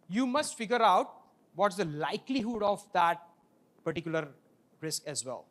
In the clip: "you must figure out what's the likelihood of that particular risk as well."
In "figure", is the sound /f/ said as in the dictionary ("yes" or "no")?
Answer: yes